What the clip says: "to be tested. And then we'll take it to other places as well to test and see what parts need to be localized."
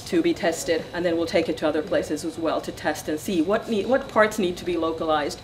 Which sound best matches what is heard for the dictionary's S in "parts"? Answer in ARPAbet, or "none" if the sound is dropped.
S